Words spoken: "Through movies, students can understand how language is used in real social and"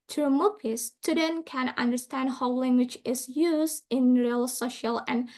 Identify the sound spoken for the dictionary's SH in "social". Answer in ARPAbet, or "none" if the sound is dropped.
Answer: SH